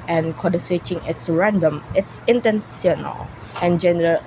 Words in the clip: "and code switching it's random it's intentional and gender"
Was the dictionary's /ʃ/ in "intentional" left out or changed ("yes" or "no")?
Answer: yes